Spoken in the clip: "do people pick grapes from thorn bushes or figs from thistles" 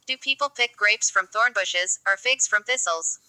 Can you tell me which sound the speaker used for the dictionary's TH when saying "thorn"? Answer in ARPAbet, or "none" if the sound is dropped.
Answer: TH